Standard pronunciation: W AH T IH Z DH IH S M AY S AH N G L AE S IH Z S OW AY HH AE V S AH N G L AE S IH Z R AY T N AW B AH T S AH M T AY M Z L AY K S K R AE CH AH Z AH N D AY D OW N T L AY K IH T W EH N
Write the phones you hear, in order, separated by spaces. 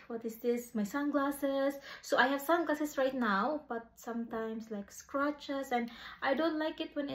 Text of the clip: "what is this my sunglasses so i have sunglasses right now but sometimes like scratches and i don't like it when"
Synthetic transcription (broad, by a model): W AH T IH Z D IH S M AY S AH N G L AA S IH S OW AY HH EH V S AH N G L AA S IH S R AY T N AW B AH T S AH M T AY M S L AY K S K R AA CH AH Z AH N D AY D OW N T L AY K IH T W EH N